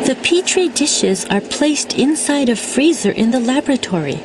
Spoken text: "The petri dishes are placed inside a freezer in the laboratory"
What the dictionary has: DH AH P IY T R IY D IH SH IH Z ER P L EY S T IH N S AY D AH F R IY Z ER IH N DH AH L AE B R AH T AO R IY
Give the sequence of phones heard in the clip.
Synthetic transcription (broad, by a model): DH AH P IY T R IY D IH SH IH Z ER P L EY S T IH N S AY D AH F R IY Z ER IH N DH AH L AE B R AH T AO R IY